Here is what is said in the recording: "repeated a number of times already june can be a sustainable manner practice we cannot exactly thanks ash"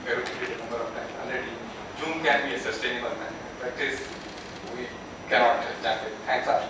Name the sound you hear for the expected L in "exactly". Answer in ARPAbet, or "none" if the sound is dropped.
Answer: none